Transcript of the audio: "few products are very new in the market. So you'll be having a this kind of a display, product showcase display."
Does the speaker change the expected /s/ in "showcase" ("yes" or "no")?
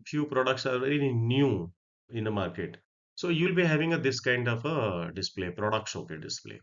yes